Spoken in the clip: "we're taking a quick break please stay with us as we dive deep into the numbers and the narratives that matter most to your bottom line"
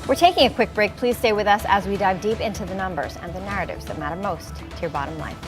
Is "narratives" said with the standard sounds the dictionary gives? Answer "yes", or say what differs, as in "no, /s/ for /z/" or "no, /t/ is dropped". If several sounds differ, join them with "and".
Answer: yes